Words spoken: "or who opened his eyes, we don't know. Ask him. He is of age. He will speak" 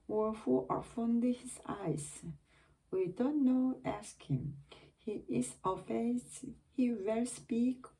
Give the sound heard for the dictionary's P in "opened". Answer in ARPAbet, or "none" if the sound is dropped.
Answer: F